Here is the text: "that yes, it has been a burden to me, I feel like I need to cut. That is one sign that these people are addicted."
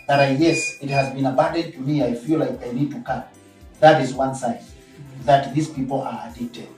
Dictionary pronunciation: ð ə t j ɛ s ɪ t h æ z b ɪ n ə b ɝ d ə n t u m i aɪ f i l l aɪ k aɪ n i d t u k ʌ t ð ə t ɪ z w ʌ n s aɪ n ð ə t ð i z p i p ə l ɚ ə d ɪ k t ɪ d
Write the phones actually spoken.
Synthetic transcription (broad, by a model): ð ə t j ɛ s ɪ t h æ z b ɪ n ə b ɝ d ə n t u m i aɪ f i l l aɪ k aɪ n i d t u k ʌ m ð ə t ɪ z w ʌ n s aɪ n ð ə t ð i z p i p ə l ɚ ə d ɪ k t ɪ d